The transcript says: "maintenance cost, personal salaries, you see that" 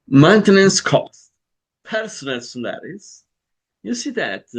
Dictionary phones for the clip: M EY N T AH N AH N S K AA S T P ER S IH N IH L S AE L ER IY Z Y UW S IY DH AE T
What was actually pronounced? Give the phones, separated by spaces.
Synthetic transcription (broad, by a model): M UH N T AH N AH N S K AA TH P ER S IH N IH L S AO N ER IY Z Y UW S IY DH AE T